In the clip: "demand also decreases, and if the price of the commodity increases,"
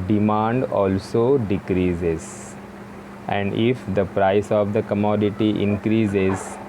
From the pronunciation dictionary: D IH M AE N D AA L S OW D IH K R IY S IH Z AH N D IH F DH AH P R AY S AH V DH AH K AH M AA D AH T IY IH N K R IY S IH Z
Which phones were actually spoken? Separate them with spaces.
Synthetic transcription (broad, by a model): D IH M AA N D AA L S OW D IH K R IY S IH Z AH N D IH F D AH P R AY S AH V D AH K AH M AA D AH T IY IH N K R IY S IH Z